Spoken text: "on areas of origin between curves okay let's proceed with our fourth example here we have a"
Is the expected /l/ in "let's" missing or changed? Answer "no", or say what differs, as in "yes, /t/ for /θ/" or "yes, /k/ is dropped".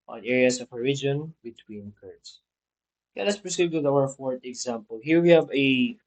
yes, /n/ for /l/